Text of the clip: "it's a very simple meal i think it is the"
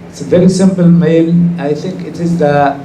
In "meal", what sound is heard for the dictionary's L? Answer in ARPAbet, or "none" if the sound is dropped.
N